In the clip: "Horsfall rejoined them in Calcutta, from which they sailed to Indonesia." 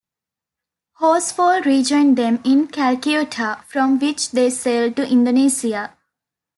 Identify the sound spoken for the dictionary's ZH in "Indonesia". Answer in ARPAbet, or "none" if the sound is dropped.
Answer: S